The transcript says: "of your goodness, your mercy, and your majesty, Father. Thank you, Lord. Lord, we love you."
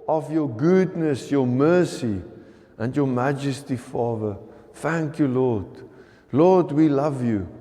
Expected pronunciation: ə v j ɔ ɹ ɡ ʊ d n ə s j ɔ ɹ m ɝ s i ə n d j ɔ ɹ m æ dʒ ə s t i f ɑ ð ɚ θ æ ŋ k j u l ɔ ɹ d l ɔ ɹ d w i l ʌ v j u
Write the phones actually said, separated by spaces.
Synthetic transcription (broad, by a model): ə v j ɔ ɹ ɡ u d n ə s j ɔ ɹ m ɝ s i ə n d j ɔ m æ dʒ ə s t i f ɑ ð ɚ θ æ ŋ k j u l ɔ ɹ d l ɔ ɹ d w i l ʌ v j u